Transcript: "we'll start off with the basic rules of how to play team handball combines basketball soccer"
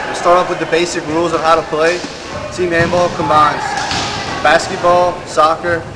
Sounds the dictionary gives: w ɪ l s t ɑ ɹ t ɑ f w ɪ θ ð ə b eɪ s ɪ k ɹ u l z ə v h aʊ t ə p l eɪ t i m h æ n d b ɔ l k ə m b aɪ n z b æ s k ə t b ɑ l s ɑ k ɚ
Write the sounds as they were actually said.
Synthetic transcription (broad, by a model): s t ɑ ɹ t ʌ p w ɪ ð ə b eɪ s ɪ k ɹ u l z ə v h aʊ t ə p l eɪ t i m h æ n b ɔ l k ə m aɪ n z b æ s k ə t b ɑ l s ɑ k ɚ